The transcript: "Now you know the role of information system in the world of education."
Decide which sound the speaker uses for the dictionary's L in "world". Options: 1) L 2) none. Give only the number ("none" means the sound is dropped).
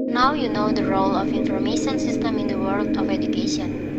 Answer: 1